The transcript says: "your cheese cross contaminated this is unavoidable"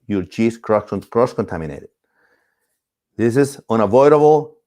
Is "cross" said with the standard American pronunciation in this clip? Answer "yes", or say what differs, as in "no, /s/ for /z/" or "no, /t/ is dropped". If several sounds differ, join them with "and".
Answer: yes